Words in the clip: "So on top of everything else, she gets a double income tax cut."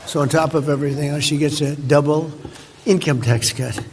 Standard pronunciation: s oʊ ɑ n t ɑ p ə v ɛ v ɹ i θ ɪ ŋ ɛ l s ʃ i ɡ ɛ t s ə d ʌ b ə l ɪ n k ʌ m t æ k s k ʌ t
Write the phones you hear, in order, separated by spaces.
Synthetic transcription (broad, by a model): s oʊ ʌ n t ɑ p ə v ɛ v ɹ i θ ɪ ŋ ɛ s ʃ i ɡ ɛ t s ə d ʌ b l ɪ n k ʌ m t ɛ k s k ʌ t